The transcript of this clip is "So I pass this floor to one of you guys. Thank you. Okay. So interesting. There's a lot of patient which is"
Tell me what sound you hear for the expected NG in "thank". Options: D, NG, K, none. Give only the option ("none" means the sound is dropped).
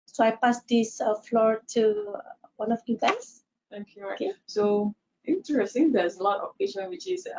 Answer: none